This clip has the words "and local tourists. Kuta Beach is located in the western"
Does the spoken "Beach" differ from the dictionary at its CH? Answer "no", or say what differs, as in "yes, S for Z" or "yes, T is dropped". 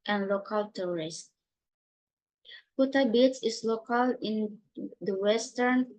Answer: yes, S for CH